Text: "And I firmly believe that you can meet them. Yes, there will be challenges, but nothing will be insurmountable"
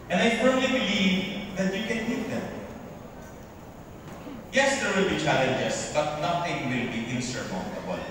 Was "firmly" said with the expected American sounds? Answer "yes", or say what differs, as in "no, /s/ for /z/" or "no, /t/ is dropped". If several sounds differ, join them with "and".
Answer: no, /m/ is dropped